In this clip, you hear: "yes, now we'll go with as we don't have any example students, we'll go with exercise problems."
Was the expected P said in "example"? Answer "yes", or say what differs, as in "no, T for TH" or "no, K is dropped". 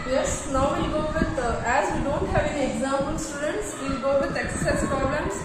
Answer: no, P is dropped